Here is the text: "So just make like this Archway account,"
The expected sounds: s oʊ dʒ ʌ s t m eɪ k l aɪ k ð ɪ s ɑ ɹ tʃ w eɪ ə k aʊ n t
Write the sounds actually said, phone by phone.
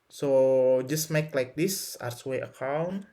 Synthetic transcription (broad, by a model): s oʊ dʒ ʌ s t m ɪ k l aɪ k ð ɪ s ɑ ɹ s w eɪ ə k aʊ n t